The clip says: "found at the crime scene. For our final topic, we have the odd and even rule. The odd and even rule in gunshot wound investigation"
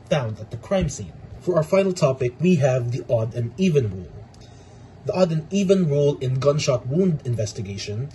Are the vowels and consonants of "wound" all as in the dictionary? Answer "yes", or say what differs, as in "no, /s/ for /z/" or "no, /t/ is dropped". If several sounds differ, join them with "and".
yes